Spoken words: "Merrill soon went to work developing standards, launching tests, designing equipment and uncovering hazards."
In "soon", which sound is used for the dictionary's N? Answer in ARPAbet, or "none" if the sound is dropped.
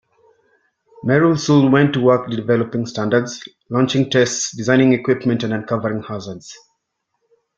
L